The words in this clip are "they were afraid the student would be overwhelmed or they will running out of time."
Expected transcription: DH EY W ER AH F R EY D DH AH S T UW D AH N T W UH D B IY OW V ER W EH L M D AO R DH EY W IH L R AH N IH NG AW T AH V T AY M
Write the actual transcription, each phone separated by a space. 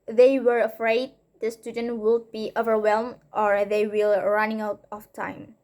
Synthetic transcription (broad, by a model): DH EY W ER AH F R EY D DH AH S T UW D AH N T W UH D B IY OW V ER W EH L M D AO R DH EY W IH L R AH N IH NG AW T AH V T AY M